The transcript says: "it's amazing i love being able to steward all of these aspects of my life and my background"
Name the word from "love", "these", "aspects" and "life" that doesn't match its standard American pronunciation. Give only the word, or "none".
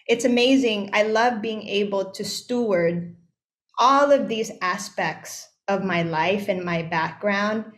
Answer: none